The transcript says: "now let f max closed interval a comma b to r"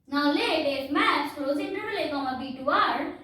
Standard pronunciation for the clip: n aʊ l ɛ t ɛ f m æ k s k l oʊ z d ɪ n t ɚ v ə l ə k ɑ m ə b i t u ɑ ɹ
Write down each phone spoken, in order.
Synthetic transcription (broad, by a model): n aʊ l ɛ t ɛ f m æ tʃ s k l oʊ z ɪ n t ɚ ə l ə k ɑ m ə b i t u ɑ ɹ